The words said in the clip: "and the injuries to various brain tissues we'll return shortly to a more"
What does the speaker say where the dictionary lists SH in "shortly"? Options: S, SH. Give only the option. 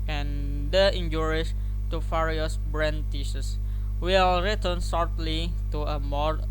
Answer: S